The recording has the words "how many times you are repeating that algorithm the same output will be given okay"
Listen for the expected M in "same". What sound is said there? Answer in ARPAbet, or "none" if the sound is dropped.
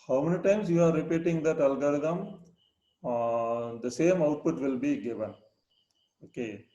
M